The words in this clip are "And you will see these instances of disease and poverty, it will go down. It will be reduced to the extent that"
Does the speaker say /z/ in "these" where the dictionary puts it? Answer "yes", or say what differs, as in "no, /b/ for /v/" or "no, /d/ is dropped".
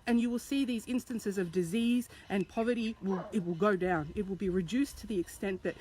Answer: yes